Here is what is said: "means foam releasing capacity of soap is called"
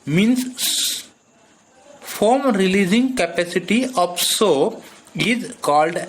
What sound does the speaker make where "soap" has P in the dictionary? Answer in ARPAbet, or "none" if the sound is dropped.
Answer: none